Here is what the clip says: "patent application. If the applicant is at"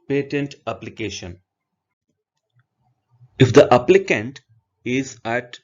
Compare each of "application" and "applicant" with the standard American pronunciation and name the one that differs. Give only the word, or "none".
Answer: none